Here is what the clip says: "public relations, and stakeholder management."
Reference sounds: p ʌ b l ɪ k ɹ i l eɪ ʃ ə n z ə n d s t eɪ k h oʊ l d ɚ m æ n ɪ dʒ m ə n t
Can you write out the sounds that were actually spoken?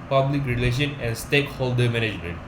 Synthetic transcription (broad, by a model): p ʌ b l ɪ k ɹ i l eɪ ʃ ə n ə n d s t eɪ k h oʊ l d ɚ m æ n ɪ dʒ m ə n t